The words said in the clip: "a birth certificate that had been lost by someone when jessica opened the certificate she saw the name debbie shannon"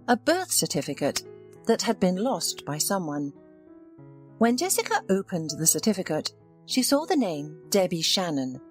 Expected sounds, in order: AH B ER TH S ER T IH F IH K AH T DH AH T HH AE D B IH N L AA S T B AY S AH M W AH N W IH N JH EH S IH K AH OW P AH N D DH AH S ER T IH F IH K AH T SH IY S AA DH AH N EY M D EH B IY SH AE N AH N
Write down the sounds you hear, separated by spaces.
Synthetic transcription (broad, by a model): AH B ER TH S ER T IH F IH K AH T DH AH T HH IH D B IH N L AA S T B AY S AH M W AH N W IH N JH EH S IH K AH OW P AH N DH AH S ER T IH F IH K AH T SH IY S AA DH AH N EY M D EH B IY SH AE N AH N